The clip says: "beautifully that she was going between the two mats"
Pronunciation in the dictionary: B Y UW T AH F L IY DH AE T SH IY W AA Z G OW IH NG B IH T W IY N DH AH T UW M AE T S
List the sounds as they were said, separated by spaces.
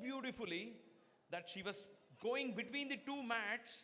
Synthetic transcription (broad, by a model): B Y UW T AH F L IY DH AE T SH IY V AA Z G OW IH NG B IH T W IY N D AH T UW M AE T S